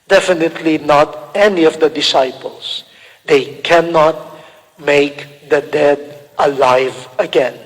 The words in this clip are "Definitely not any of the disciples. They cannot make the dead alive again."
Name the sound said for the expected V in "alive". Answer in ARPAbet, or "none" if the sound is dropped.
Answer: V